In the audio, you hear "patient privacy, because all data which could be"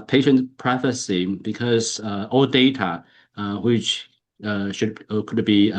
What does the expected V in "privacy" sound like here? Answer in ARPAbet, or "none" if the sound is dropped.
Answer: F